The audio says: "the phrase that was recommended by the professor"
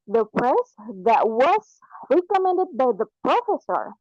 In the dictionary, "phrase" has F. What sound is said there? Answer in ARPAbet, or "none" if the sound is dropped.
P